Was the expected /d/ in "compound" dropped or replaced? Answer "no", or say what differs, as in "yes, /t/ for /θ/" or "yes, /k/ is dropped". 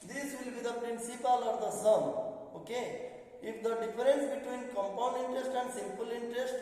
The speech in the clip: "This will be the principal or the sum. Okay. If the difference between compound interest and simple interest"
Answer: no